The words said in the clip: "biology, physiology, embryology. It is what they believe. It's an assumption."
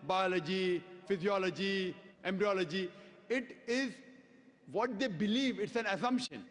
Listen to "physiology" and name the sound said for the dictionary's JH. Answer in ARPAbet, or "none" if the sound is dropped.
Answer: JH